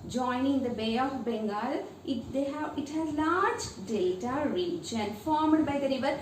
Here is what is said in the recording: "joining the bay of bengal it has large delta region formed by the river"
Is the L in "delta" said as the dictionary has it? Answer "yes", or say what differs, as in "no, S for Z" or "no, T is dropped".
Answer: no, L is dropped